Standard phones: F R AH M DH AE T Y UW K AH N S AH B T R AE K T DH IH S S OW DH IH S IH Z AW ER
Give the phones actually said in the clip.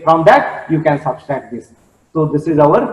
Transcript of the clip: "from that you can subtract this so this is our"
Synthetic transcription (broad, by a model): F R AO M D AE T Y UW K AH N S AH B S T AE T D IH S S OW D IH S IH Z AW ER